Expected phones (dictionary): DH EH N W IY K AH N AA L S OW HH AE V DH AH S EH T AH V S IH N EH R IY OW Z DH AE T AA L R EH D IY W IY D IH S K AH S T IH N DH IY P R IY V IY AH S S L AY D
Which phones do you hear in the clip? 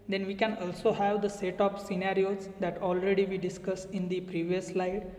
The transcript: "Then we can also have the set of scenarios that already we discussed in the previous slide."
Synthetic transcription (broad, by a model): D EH N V IY K AH N AA L S OW HH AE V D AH S EH T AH P S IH N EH R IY OW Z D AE T AA L R EH D IY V IY D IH S K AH S IH N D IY P R IY V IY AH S S L AY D